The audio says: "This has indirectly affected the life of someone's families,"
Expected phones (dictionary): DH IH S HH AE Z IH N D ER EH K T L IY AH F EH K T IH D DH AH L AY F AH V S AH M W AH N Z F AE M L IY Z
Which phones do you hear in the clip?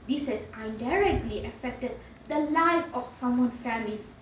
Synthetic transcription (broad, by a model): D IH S HH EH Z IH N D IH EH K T L IY AH F EH K T IH D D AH L AY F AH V S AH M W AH N F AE M L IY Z